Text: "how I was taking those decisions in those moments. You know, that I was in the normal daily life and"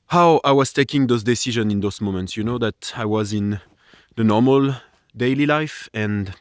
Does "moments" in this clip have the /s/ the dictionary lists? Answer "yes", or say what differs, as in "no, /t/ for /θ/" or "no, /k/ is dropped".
yes